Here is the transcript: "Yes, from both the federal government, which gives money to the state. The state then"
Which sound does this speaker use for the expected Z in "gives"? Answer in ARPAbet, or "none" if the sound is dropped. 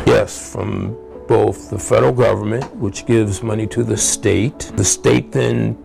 Z